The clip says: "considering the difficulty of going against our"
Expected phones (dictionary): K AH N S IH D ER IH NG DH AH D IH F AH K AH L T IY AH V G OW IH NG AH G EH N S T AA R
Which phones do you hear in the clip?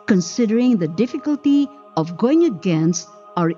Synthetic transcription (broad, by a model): K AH N S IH D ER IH NG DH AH D IH F AH K AH L T IY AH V G OW IH NG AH G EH N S AA R